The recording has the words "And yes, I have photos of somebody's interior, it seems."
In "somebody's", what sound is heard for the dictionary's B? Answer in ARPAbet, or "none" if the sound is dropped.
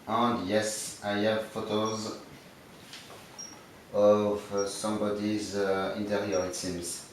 B